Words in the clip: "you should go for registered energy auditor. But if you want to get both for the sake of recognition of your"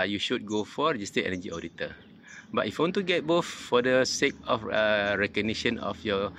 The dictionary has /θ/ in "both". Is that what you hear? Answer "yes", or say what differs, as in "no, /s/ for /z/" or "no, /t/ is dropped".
no, /f/ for /θ/